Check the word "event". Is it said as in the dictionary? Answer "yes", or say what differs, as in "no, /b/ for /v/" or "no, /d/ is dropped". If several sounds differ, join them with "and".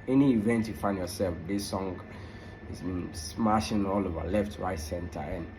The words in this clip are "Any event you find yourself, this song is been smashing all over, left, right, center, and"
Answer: yes